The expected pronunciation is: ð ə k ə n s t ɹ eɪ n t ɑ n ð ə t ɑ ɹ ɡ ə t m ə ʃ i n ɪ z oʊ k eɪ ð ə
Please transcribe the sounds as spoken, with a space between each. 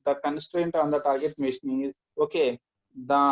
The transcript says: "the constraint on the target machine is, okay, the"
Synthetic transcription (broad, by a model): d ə k ə n s t ɹ eɪ n t ɑ n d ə t ɑ ɹ ɡ ə t m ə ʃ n ɪ z oʊ k eɪ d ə